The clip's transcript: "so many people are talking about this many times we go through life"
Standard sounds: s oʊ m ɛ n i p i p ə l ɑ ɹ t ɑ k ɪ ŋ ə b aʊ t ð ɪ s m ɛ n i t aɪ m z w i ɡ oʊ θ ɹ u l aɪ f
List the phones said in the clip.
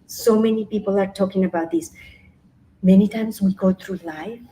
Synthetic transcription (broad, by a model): s oʊ m ɛ n i p i p ə l ɑ ɹ t ɑ k ɪ ŋ ə b aʊ t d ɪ s m ɛ n i t aɪ m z w i ɡ oʊ t ɹ u l aɪ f